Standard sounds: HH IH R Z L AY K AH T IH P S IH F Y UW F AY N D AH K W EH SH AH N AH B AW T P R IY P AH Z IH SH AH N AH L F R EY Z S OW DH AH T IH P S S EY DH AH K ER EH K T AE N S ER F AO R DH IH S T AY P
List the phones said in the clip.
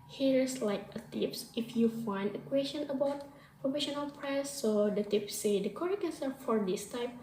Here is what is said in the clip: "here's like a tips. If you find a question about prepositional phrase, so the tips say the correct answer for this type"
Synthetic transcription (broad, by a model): HH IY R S L AY K AH T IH P S IH F Y UW F AY N D AH K W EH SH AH N AH B AW T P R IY F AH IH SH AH N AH L P R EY S OW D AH T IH P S S EY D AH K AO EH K EH N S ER F AO R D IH S T AY P